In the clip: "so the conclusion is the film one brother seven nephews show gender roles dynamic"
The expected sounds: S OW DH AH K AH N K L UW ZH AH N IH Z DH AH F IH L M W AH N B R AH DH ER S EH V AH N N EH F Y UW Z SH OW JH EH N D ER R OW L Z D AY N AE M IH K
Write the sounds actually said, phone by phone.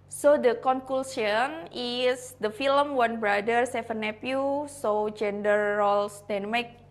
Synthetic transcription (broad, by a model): S OW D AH K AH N K L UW S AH N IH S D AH F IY L M W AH N B R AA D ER S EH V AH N N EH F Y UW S OW JH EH N D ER R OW L S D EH N M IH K